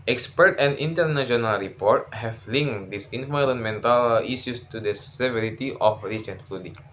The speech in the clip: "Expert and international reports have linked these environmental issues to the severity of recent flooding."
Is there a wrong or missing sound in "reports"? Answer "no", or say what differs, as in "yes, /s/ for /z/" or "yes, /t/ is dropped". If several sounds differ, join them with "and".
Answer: yes, /s/ is dropped